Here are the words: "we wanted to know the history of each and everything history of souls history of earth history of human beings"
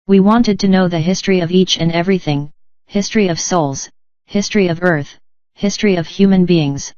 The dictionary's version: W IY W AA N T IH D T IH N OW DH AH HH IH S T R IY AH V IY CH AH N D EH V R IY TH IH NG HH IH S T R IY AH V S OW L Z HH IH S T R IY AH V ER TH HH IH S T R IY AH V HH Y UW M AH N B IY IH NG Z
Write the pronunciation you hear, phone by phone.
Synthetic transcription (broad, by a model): W IY W AA N T IH D T IH N OW DH AH HH IH S T R IY AH V IY CH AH N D EH V R IY TH IH NG HH IH S T R IY AH V S OW L Z HH IH S T R IY AH V ER TH HH IH S T R IY AH V HH Y UW M AH N B IY IH NG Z